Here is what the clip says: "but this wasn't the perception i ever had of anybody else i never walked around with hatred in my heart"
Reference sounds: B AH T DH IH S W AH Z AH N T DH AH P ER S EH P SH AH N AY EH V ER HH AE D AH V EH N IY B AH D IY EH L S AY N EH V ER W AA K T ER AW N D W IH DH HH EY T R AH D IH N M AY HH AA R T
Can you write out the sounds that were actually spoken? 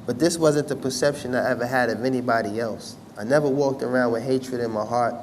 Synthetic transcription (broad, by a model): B AH T DH IH S W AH Z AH N DH AH P ER S EH P SH AH N AY EH V ER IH D AH V EH N IY B AH D IY EH L S AY N EH V ER W AA K T ER AW N D W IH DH HH EY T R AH D IH N M AY HH AA R T